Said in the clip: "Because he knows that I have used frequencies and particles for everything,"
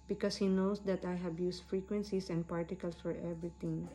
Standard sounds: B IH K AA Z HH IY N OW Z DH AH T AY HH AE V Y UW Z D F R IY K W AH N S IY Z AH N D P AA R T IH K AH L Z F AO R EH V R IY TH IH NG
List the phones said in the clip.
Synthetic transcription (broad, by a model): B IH K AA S HH IY N OW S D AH T AY HH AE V Y UW S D F R IY K W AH N S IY S AH N D P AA R T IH K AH L S F AO R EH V R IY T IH NG